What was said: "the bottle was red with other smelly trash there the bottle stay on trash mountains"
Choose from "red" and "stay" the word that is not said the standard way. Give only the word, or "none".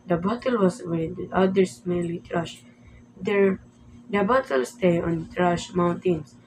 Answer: red